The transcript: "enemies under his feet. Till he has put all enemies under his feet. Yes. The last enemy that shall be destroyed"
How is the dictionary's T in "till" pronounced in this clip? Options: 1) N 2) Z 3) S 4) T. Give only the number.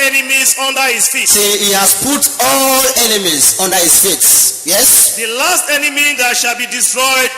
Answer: 3